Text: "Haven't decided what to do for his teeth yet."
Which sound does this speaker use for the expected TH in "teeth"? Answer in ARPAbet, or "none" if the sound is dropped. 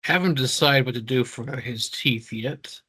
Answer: TH